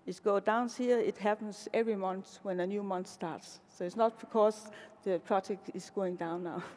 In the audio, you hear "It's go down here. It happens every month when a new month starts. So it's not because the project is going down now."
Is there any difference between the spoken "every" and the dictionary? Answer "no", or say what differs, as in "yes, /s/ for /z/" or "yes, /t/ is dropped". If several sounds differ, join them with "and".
no